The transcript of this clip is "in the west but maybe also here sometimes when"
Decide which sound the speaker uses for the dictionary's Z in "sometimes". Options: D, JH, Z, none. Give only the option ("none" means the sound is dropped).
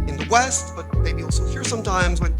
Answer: Z